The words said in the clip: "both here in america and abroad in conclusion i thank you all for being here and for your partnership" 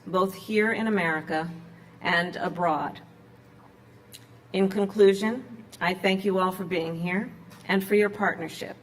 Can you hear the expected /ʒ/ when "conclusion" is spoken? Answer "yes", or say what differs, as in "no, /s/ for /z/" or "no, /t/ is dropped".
yes